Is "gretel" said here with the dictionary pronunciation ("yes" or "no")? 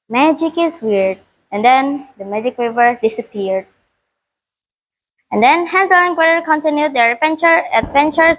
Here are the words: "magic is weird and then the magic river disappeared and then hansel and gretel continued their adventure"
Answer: no